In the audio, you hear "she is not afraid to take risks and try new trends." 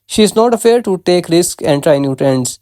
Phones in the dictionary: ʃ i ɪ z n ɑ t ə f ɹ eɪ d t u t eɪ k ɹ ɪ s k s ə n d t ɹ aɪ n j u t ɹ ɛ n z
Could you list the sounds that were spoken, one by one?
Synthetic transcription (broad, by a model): ʃ i ɪ z n ɑ t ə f eɪ d t u t eɪ k ɹ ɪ s k ə n d t ɹ aɪ n j u t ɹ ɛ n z